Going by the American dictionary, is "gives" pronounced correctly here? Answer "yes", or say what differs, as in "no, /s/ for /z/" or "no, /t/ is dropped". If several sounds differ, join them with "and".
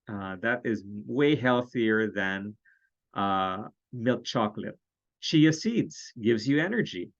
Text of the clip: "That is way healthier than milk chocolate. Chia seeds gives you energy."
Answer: yes